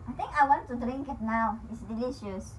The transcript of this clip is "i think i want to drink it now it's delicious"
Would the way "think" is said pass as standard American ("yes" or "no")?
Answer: no